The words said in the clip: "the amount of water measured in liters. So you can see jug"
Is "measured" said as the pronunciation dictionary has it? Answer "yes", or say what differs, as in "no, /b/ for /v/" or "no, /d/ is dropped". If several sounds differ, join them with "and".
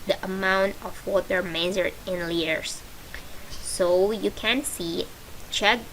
no, /z/ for /ʒ/